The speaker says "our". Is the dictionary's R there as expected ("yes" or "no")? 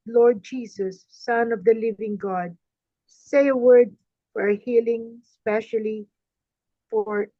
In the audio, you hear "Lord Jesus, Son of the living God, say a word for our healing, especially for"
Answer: yes